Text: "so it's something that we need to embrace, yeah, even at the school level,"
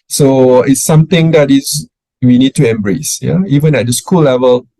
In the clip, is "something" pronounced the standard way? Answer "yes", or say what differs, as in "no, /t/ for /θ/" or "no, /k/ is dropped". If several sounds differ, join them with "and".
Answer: no, /t/ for /θ/